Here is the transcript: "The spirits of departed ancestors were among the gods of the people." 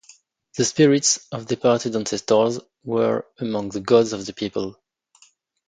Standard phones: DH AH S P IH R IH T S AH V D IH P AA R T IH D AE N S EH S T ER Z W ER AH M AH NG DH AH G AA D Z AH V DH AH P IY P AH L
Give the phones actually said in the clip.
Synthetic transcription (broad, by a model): DH AH S P IH R IH T S AH V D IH P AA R T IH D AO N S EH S T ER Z W ER AH M AH NG DH AH G AA D Z AH V DH AH P IY P AH L